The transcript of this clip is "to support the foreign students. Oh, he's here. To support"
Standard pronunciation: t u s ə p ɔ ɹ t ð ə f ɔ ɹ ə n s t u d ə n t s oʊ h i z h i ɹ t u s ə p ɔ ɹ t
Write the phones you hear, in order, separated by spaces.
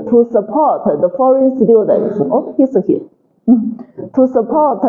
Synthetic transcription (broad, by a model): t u s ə p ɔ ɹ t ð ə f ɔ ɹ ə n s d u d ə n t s oʊ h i s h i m t u s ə p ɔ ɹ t